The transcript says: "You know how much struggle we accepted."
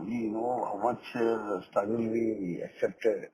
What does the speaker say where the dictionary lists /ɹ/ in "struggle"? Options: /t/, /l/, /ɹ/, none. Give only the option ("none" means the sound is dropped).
none